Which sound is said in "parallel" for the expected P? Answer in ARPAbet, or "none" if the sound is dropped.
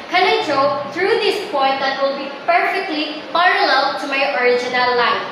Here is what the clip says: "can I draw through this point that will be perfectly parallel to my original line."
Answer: F